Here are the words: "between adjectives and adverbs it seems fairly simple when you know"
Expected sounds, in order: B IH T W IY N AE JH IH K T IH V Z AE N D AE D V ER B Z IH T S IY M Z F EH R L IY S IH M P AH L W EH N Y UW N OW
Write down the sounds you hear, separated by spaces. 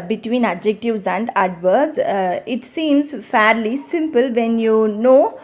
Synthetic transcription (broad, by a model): B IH T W IY N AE JH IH K T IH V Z AE N D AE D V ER Z IH T S IY M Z F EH R L IY S IH M P AH L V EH N Y UW N OW